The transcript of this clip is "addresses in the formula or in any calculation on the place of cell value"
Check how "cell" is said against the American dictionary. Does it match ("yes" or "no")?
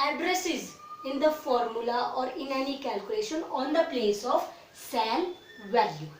no